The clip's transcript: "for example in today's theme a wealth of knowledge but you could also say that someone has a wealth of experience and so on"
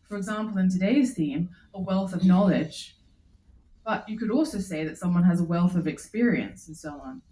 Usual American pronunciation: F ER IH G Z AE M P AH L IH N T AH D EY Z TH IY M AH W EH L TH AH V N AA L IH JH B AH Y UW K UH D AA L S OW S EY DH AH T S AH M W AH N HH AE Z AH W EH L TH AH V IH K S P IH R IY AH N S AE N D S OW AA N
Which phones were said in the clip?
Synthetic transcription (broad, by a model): F ER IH G Z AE M P L IH N T AH D EY Z TH IY M AH W EH L TH AH V N AA L IH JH B AH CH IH K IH D AA L S OW S EY DH AH T S AH M W AH N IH Z AH W EH L TH AH V IH K S P IH R IY AH N S N S OW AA N